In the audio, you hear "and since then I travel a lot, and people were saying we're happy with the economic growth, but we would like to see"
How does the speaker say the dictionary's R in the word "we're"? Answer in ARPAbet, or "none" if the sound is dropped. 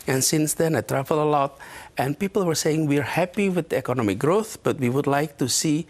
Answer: R